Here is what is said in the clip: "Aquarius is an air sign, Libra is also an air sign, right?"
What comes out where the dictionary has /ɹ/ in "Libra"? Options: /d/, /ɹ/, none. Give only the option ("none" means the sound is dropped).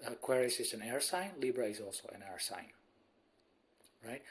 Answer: /ɹ/